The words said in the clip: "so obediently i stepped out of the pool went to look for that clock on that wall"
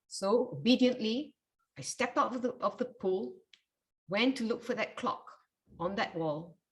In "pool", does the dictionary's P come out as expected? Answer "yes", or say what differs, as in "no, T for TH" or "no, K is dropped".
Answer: yes